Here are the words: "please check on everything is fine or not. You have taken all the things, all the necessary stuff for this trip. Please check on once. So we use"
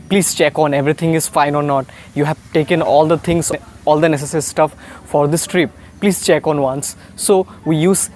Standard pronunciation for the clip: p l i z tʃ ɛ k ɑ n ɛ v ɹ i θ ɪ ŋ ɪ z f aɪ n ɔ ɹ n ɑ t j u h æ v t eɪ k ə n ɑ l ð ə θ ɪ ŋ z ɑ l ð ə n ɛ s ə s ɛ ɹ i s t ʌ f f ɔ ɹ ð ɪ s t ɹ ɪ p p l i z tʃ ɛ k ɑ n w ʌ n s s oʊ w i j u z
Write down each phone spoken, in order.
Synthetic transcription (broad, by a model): p l i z tʃ ɛ k ɑ n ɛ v ɹ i t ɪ ŋ ɪ z f aɪ n ɔ ɹ n ɑ t j u h æ v t eɪ k ə n ɑ l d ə t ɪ ŋ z ɑ l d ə n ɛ s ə s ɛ ɹ i s t ʌ f f ɔ ɹ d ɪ s t ɹ ɪ p p l i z tʃ ɛ k ɑ n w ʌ n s s oʊ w i j u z